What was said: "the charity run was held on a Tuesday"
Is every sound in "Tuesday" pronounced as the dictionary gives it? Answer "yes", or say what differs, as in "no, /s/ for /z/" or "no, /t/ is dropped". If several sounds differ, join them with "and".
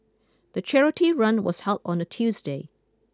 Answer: yes